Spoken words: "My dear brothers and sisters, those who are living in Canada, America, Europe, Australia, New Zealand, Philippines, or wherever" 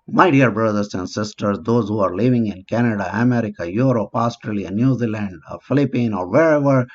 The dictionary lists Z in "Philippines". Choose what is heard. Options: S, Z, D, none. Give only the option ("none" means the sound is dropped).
none